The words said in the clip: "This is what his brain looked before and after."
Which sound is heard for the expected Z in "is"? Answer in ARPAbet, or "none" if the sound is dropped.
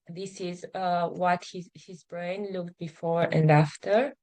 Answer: Z